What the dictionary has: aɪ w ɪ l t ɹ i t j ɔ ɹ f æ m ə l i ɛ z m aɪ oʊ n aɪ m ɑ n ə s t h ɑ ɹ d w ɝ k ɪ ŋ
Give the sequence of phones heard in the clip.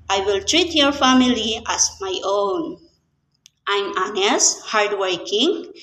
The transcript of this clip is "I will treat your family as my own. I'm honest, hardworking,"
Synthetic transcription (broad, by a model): aɪ w ɪ l t ɹ i t j ɔ ɹ f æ m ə l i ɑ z m aɪ oʊ n aɪ m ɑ n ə s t h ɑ ɹ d w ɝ k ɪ ŋ